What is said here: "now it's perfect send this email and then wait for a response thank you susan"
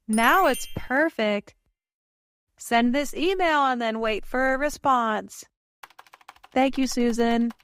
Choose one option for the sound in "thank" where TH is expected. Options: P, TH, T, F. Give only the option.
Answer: TH